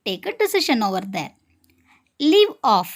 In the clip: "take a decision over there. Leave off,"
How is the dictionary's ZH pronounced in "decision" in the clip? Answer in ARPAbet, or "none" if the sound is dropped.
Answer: SH